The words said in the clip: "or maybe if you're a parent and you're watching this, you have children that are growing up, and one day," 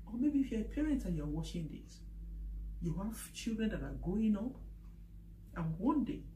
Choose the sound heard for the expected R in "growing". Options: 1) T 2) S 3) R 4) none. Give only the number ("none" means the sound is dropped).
4